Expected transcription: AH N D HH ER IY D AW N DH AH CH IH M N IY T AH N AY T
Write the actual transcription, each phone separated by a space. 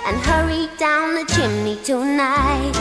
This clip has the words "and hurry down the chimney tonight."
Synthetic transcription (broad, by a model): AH N HH ER IY D AW N DH AH CH IH M N IY T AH N AY T